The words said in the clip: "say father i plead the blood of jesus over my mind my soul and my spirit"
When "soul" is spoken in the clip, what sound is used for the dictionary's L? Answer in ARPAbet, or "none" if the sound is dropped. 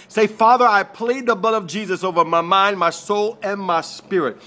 L